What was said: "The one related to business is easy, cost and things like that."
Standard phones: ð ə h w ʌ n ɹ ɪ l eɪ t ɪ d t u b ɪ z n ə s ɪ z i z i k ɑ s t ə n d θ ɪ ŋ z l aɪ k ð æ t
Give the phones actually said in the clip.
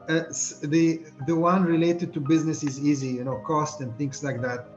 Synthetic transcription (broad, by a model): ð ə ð w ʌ n ɹ ɪ l eɪ t ɪ d t u b ɪ z n ə s ɪ z i z i k ɑ s t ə n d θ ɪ ŋ s l aɪ k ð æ t